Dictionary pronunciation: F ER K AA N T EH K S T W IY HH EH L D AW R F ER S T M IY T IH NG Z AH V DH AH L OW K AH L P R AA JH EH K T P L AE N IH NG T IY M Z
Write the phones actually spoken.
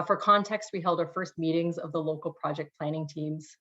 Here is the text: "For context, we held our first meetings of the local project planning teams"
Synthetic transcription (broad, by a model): F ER K AA N T EH K S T W IY HH EH L D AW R F ER S T M IY T IH NG Z AH V DH AH L OW K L P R AA JH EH K P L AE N IH NG T IY M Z